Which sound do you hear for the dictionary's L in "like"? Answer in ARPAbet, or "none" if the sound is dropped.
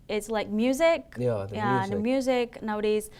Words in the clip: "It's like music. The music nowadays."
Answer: L